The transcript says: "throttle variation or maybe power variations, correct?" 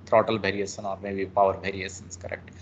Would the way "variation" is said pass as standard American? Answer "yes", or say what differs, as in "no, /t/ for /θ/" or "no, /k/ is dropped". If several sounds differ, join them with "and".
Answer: no, /b/ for /v/